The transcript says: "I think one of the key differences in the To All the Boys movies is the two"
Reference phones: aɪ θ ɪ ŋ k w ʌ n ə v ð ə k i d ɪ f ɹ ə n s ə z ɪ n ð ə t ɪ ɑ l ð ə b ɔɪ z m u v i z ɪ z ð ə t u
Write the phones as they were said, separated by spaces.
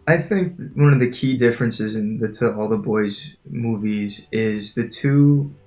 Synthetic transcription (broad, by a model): aɪ θ ɪ ŋ k w ʌ n ə v ð ə k i d ɪ f ɹ ə n s ə z ɪ n ð ə t ɪ ɑ l ð ə b ɔɪ z m u v i z ɪ z ð ə t u